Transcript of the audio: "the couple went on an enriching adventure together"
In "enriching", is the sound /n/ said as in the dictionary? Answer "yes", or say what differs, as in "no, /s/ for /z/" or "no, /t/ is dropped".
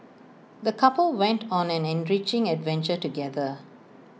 yes